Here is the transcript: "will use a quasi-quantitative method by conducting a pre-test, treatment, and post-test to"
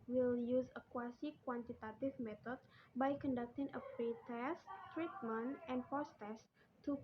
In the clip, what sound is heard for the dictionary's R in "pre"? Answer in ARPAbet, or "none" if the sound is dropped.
none